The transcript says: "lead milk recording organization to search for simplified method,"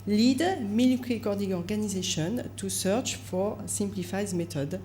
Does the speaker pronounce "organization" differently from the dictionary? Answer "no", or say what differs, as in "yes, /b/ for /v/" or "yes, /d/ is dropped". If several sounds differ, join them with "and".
no